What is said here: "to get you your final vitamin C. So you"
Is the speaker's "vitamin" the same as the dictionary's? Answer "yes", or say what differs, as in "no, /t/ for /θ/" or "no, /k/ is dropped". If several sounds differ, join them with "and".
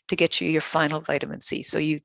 yes